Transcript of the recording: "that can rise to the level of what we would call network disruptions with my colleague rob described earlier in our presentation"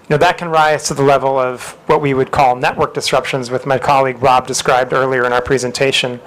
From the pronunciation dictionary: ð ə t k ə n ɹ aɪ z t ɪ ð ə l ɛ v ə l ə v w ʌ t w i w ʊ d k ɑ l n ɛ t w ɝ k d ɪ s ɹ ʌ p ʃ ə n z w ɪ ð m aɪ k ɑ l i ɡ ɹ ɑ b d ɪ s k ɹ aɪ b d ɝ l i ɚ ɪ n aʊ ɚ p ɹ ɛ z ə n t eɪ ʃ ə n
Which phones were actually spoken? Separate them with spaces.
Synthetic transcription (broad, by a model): ð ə t k ə n ɹ aɪ z t ɪ ð ə l ɛ v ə l ə v w ʌ t w i w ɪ d k ɑ l n ɛ t w ɝ k d ɪ s ɹ ʌ p ʃ ə n z w ɪ ð m aɪ k ɑ l i ɡ ɹ ɑ b d ɪ s k ɹ aɪ b d ɝ l i ɚ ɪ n aʊ ɚ p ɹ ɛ z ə n t eɪ ʃ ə n